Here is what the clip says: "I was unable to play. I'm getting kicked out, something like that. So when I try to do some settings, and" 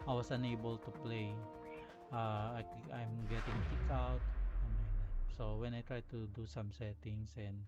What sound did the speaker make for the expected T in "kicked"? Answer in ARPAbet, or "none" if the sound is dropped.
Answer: none